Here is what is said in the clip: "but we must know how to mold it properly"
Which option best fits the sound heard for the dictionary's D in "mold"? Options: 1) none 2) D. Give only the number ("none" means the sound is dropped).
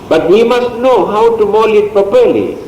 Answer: 1